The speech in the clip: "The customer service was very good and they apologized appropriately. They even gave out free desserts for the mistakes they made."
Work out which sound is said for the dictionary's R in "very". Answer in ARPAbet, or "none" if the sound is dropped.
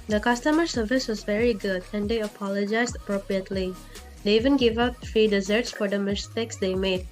R